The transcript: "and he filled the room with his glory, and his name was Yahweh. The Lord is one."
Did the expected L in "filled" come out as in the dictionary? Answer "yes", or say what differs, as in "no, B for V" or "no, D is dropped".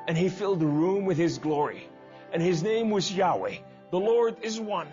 yes